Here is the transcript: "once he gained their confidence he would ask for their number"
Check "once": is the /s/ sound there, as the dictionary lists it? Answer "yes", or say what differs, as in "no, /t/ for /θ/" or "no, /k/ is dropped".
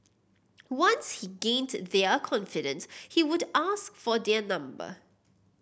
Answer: yes